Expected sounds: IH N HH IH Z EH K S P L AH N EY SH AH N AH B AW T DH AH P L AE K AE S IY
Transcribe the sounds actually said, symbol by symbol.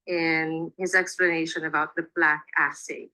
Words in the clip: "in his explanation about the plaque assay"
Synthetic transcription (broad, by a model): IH N HH IH Z EH K S P L AH N EY SH AH N AH B AW T DH AH B L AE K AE S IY